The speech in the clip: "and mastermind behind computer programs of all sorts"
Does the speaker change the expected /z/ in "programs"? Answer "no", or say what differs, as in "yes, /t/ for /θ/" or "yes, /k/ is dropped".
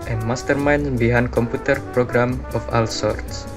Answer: yes, /z/ is dropped